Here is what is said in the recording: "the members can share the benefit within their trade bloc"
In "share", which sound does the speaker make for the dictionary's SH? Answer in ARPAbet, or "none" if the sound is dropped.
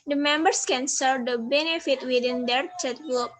S